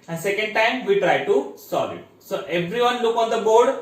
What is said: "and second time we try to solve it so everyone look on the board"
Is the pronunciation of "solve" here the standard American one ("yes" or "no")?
no